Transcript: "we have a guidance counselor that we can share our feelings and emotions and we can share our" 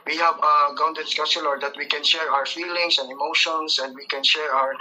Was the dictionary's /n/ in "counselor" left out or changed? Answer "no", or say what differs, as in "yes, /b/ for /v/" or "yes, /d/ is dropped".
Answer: yes, /n/ is dropped